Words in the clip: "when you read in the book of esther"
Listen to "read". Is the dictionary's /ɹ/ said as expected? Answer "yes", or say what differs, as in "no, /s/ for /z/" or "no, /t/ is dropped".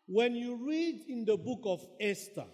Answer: yes